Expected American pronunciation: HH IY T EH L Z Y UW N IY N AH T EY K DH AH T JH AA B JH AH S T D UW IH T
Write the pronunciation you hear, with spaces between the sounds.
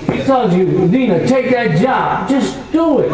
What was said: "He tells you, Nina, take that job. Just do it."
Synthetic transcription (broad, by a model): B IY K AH Z Y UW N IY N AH T EY K DH AH T JH AA B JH AH S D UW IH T